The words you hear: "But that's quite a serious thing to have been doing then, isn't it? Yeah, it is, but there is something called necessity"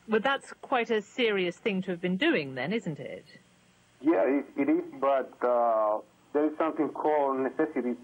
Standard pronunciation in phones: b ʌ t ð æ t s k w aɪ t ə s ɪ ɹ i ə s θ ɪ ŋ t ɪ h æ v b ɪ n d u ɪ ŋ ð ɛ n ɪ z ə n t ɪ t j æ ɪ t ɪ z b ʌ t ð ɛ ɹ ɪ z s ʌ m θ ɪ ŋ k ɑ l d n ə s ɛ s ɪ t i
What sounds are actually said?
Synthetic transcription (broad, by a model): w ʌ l ð æ t s k w aɪ t ə s ɪ ɹ i ə s θ ɪ ŋ t ɪ v b ɪ n d u ɪ ŋ ð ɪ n ɪ z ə n t ɪ t j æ ɪ t ɪ z b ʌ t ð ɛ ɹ ɪ z s ʌ m θ ɪ ŋ k ɑ l d n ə s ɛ s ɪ t i